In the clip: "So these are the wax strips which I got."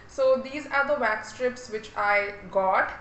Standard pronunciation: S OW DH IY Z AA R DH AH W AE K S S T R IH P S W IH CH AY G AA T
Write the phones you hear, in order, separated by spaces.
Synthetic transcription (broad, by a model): S OW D IY Z AA R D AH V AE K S S T R IH P S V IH CH AY G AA T